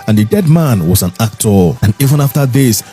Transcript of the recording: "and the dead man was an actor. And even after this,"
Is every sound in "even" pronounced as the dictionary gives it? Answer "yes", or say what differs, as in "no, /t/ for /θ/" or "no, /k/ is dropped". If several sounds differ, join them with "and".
yes